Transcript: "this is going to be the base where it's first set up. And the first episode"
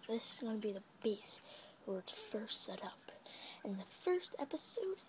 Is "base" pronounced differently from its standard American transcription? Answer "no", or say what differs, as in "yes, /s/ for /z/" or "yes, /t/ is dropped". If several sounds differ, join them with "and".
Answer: no